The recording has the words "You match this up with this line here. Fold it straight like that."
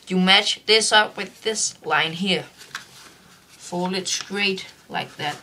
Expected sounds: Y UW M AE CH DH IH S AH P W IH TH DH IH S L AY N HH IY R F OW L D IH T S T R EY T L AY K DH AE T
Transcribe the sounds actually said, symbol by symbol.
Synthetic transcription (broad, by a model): Y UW M AE CH DH IH S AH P W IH DH IH S L AY N HH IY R F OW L IH T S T R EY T L AY K DH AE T